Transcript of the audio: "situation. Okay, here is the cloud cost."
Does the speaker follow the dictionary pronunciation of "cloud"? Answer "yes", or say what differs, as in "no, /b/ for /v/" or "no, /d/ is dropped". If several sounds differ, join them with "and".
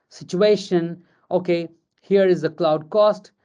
yes